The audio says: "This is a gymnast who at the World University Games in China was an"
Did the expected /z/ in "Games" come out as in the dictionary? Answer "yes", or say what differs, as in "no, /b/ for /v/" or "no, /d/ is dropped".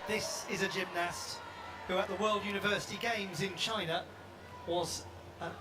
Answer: yes